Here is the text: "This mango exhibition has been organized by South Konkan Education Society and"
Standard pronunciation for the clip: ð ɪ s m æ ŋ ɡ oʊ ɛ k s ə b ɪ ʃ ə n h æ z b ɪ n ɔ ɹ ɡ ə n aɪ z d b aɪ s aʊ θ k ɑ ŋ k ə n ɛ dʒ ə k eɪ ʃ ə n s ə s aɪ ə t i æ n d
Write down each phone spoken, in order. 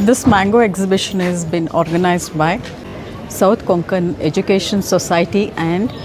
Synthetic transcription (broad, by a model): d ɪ s m æ ŋ ɡ oʊ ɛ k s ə b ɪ ʃ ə n h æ z b ɪ n ɔ ɹ ɡ ə n aɪ z d b aɪ s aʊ t k ɑ ŋ k ə n ɛ dʒ ə k eɪ ʃ ə n s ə s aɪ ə t i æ n d